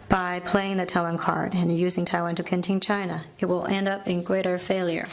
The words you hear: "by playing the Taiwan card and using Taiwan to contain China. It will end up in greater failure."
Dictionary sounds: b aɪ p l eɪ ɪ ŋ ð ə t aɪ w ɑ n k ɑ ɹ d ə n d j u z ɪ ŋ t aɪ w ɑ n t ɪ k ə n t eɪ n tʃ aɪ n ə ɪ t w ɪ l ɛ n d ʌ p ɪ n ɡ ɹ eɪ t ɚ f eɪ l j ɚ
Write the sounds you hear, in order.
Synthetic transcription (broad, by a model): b aɪ p l eɪ ɪ ŋ ð ə t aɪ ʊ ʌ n k ɑ ɹ d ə n j u z ɪ ŋ t aɪ w ɑ n t ɪ k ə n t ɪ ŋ tʃ aɪ n ə ɪ t w ɪ l ɛ n d ʌ p ɪ n ɡ ɹ eɪ t ɚ f eɪ l j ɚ